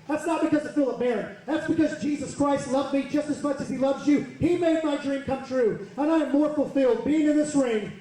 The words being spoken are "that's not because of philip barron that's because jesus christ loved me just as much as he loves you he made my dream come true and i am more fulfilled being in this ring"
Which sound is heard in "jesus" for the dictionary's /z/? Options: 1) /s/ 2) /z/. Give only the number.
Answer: 2